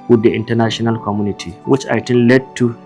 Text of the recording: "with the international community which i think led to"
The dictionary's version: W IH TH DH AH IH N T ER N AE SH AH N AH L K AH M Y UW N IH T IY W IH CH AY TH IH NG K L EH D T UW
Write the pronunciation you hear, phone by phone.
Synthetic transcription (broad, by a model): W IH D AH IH N T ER N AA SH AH N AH L K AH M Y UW N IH T IY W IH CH AY T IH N L EH D T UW